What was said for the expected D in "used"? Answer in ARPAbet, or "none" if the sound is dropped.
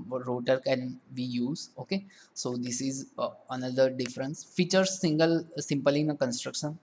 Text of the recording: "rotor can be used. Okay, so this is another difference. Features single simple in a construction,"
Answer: none